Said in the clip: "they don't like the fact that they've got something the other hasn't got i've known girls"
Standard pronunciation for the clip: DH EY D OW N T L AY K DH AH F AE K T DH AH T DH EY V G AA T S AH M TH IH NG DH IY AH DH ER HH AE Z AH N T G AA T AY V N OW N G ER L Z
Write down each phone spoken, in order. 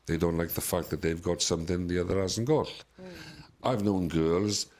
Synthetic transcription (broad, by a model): DH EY D OW N T L AY K DH AH F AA K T DH AH T DH EY V G AA T S AH M TH IH NG DH IY AH DH ER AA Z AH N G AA T AY V N OW N G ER L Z